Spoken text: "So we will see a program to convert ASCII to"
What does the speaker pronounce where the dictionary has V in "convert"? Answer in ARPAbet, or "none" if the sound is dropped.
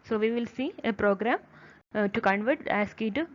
V